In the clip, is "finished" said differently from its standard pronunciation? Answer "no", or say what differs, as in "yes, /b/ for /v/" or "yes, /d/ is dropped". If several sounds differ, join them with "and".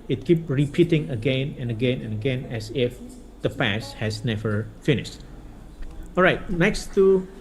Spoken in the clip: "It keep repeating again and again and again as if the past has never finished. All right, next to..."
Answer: no